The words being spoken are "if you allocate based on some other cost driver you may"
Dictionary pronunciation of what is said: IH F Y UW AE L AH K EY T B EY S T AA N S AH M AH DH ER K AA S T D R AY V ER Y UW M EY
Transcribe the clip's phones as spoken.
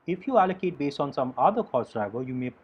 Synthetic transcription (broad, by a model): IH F Y UW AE L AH K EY T B EY S AA N S AH M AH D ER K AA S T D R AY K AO Y UW M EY